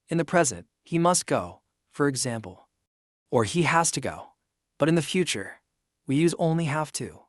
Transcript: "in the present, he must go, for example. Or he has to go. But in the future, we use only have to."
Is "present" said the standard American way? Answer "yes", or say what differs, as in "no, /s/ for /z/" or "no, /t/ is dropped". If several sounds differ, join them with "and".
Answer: yes